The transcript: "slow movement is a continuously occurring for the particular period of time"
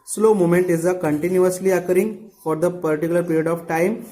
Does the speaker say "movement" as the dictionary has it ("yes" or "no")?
no